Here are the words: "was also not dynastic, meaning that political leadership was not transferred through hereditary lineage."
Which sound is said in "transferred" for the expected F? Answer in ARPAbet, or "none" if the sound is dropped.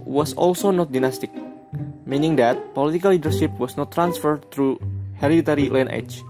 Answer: F